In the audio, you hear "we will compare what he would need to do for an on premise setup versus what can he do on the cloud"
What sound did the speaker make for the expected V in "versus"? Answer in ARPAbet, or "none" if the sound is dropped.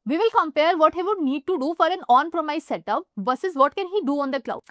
B